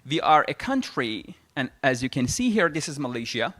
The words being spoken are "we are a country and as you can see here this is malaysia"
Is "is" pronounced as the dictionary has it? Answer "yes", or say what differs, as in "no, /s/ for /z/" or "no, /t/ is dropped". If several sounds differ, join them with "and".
yes